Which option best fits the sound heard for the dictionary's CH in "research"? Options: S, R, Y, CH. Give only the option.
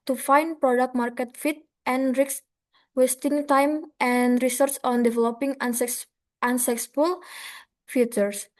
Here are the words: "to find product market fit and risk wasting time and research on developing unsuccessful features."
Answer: S